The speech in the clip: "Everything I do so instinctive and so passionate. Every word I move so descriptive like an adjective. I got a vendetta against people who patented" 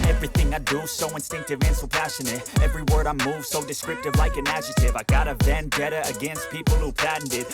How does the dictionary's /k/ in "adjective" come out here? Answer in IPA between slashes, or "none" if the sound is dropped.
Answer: none